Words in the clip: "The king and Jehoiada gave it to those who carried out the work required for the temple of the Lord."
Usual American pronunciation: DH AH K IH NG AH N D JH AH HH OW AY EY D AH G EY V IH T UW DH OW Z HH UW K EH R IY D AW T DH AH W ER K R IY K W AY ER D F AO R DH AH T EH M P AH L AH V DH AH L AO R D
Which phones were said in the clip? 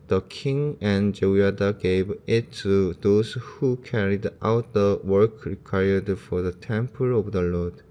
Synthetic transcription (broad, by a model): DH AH K IH NG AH N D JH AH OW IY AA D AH G EY V IH T UW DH OW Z HH UW K EH R IY D AW T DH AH W ER K R IY K W AY ER D F AO R DH AH T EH M P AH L AH V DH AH L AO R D